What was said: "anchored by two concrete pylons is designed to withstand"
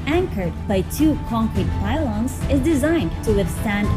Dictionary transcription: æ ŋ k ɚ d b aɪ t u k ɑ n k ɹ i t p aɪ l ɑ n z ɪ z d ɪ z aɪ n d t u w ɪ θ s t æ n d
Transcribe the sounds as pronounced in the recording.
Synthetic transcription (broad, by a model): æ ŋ k ɚ d b aɪ t u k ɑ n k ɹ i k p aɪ l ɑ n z ɪ z d ɪ z aɪ n d t u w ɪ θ s t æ n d